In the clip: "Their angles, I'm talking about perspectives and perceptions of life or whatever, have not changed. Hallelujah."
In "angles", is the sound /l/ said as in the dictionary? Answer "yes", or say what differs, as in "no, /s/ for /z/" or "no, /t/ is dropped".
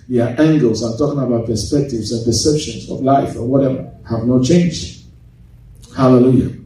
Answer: yes